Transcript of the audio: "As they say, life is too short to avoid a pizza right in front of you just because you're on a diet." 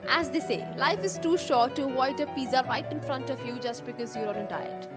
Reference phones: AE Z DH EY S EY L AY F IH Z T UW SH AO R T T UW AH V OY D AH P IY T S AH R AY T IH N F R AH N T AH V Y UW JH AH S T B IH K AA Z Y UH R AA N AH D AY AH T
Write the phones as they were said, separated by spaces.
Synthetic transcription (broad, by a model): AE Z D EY S EY L AY F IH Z T UW SH AO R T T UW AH IH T AH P IY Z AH R AY T IH N F R AH N T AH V Y UW JH AH S T B IH K AA Z Y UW R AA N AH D AY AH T